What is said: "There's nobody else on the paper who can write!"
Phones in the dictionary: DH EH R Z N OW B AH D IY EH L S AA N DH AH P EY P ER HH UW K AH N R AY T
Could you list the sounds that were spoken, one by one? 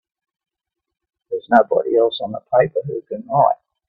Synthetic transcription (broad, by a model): DH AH R Z N OW B AH D IY EH L S N DH AH P EY P ER HH UW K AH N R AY